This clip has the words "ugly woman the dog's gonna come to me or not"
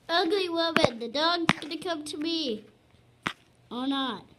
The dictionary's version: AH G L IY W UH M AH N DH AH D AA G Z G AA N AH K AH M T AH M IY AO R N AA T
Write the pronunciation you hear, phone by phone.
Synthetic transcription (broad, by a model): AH G L IY W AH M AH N DH AH D AA G Z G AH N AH K AH M T AH M IY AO L N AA T